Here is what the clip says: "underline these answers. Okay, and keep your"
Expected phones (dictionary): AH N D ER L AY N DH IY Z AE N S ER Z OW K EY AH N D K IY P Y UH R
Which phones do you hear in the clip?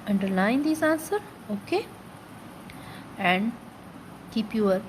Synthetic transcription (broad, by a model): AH N D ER L AY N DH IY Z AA N S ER OW K EY AH N D K IY P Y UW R